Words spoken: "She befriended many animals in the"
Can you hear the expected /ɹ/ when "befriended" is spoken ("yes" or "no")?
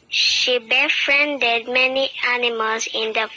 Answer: yes